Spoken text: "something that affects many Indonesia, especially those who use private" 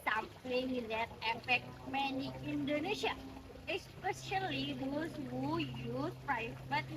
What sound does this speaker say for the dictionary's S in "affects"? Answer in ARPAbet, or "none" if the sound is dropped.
none